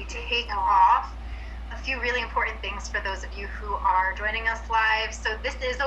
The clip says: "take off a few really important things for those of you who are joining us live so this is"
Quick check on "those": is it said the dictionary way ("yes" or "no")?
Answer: yes